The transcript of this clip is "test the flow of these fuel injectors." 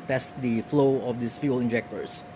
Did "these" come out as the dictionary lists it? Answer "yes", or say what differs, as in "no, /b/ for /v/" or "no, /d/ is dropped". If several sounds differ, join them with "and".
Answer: no, /s/ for /z/